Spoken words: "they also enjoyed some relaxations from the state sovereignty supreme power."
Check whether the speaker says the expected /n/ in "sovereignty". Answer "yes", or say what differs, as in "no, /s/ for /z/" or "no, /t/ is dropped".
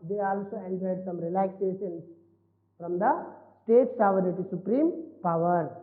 no, /n/ is dropped